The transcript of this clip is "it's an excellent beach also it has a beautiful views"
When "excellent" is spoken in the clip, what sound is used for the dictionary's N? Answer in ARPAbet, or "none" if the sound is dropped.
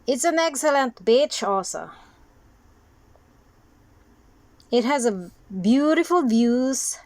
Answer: N